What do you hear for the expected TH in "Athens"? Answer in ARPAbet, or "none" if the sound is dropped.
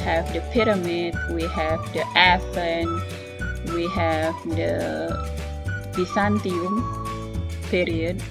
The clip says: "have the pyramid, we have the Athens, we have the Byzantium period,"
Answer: F